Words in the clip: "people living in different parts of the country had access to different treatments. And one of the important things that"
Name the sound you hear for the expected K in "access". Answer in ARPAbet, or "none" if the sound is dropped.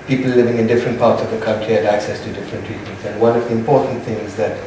K